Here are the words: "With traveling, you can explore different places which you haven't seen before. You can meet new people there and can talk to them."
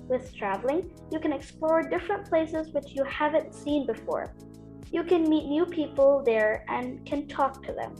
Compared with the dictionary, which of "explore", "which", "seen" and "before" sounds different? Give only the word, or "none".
none